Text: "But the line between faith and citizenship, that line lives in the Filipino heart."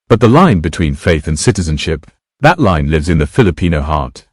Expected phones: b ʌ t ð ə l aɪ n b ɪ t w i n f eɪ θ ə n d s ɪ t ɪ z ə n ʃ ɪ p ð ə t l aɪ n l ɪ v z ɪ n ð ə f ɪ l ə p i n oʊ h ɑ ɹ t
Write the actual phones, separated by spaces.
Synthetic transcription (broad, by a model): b ʌ t ð ə l aɪ n b ɪ t w i n f eɪ θ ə n s ɪ t ɪ z ə n ʃ ɪ p ð ə t l aɪ n l ɪ v z ɪ n ð ə f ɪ l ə p i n oʊ h ɑ ɹ t